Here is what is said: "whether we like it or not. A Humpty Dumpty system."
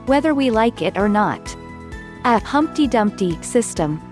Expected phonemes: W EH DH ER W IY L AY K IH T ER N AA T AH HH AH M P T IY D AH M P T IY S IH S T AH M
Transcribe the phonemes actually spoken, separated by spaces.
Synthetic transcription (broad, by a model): W EH DH ER W IY L AY K IH T ER N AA T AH HH AH M P T IY D AH M P T IY S IH S T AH M